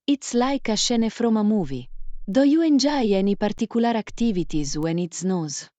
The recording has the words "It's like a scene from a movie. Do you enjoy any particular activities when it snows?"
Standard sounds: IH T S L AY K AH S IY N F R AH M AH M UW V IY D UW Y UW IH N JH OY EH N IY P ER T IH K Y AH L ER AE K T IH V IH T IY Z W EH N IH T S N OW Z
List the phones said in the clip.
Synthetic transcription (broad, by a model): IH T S L AY K AH SH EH N F R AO M AH M UW V IY D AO Y UW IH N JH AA EH N IY P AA T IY K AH L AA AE K T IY V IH T IY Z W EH N IH T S N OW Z